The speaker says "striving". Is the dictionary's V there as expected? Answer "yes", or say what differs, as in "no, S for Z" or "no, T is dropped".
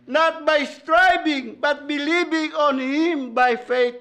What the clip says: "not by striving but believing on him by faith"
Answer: no, B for V